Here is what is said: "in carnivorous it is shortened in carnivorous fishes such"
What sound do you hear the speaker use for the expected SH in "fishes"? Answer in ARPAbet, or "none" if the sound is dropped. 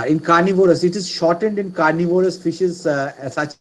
SH